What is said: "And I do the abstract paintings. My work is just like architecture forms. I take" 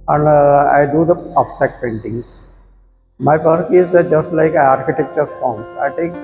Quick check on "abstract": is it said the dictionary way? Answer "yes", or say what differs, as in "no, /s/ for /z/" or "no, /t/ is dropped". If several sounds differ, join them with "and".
no, /ɹ/ is dropped